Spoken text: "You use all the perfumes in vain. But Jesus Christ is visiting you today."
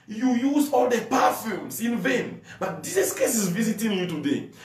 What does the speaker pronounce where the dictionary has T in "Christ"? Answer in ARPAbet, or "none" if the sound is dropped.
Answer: none